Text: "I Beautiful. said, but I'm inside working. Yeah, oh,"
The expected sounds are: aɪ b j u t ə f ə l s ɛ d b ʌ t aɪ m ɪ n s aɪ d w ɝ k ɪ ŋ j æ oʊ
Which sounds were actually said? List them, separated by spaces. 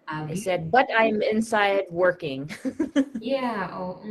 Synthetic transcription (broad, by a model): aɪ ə ə s ɛ d b ʌ t aɪ m ɪ n s aɪ d w ɝ k ɪ ŋ j æ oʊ